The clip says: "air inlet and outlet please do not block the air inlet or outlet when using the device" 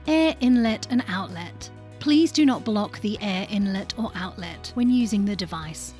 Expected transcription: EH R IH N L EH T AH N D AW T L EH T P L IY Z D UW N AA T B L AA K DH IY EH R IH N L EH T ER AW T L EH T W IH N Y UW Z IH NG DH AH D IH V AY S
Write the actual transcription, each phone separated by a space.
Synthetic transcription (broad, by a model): EH R IH N L EH T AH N AW T L EH T P L IY Z D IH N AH T B L AA K DH IY EH R IH N L EH T ER AW T L EH T W IH N Y UW Z IH NG DH AH D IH V AY S